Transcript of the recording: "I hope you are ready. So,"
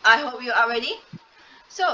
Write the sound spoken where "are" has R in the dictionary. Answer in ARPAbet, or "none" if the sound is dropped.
L